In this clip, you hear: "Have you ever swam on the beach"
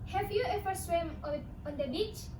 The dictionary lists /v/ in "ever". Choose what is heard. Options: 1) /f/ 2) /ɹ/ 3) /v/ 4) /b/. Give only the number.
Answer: 1